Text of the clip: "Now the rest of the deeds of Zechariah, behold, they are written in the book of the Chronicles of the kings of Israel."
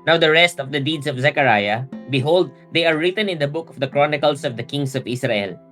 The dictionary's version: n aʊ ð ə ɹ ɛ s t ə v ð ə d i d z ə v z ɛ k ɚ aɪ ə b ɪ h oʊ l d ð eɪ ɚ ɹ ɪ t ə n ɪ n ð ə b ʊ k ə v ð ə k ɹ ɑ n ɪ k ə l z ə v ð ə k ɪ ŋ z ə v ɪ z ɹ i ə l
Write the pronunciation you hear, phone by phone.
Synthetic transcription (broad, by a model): n aʊ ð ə ɹ ɛ s t ə v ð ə d i d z ə v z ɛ k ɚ aɪ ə b ɪ h oʊ l d eɪ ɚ ɹ ɪ t ə n ɪ n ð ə b ʊ k ə v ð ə k ɹ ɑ n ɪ k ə l s ə v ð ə k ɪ ŋ s ə v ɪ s ɹ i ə l